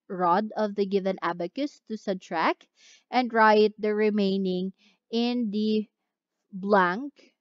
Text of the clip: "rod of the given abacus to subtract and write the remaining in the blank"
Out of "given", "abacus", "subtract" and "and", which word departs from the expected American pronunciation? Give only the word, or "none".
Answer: subtract